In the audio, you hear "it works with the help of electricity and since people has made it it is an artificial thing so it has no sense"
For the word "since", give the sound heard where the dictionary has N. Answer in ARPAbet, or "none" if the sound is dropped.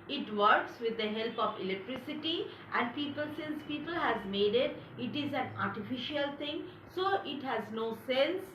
N